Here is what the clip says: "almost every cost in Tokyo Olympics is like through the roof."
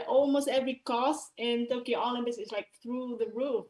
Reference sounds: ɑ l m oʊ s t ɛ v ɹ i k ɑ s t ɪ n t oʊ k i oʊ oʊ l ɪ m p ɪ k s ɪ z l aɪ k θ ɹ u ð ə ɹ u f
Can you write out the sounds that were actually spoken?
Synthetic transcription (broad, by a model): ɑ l m oʊ s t ɛ v ɹ i k ɑ s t ɪ n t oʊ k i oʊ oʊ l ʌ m b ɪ s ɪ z l aɪ k θ ɹ u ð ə ɹ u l